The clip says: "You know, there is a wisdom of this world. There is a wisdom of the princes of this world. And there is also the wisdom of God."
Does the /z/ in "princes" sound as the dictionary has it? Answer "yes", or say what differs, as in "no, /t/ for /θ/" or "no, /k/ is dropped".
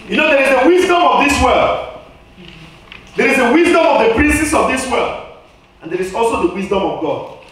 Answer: no, /s/ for /z/